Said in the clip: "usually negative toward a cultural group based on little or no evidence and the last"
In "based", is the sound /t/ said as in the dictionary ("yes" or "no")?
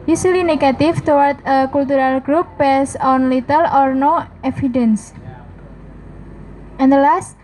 no